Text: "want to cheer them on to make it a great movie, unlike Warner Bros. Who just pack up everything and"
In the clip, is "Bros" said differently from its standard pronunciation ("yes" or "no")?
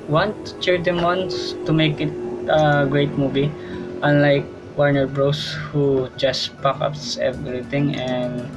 yes